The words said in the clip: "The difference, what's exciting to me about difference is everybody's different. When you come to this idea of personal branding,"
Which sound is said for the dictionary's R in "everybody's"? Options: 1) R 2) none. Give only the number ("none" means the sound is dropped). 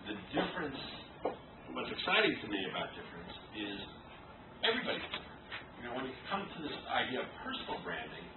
1